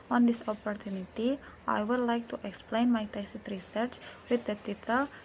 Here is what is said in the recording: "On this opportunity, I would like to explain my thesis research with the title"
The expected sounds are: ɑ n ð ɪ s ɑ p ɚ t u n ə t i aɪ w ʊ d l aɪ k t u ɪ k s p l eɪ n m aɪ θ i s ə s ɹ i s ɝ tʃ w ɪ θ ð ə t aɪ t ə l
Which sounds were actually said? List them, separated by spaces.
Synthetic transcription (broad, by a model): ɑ n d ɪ s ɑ p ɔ t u n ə t i aɪ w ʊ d l aɪ k t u ɪ k s p l eɪ n m aɪ t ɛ s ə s ɹ i s ɝ tʃ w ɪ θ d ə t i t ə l